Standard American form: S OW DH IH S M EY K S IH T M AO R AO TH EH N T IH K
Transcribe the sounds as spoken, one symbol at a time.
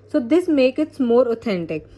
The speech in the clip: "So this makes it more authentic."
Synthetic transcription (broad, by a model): S OW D IH S M EY K IH T M AO R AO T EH N T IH K